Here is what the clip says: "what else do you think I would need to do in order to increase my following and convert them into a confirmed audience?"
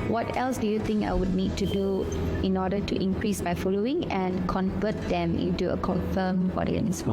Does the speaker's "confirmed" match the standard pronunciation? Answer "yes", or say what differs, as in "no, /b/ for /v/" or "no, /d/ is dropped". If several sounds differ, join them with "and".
no, /d/ is dropped